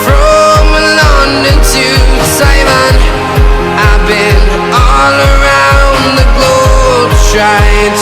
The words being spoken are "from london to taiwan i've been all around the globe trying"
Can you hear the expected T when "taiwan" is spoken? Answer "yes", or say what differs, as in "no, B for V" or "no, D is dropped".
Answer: no, S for T